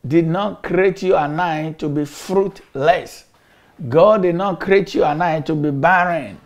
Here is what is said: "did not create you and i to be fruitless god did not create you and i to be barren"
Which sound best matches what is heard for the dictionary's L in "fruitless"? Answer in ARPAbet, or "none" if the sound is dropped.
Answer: L